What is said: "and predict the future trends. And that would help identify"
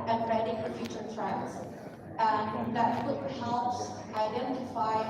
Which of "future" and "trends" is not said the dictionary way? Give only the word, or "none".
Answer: trends